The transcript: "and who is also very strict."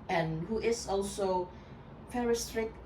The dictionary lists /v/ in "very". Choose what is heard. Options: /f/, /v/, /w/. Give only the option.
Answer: /f/